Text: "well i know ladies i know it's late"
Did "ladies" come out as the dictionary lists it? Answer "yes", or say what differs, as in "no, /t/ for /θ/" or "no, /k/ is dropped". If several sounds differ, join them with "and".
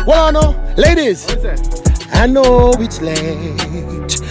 yes